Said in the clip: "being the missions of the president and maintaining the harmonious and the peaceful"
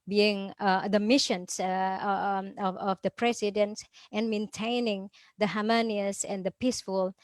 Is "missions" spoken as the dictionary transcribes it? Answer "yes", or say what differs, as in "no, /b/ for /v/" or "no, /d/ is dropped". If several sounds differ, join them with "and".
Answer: no, /s/ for /z/